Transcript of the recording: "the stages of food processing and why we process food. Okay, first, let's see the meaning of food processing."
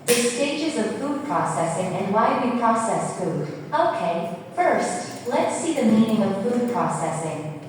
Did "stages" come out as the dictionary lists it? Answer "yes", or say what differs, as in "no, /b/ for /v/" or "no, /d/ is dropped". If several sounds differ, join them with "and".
yes